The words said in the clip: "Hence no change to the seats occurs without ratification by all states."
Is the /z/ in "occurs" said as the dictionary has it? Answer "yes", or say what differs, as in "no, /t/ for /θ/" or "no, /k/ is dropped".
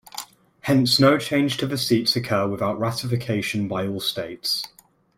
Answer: no, /z/ is dropped